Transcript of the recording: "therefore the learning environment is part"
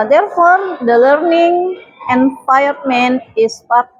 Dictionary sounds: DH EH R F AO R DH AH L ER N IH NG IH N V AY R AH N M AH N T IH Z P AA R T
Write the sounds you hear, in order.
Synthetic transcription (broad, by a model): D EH R F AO R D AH L ER N IH NG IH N F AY AH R M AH N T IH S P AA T